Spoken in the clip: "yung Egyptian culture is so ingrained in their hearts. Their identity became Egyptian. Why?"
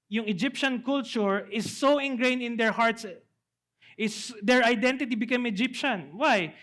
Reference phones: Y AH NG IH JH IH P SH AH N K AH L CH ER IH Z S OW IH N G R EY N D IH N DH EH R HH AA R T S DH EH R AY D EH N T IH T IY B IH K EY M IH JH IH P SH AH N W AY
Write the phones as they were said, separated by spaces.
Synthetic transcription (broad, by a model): Y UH NG IH JH IH P SH AH N K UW L CH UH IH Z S OW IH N G R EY N IH N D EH R HH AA R T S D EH R AY D EH N T IH T IY B IH K EY M IH JH IH P SH AH N W AY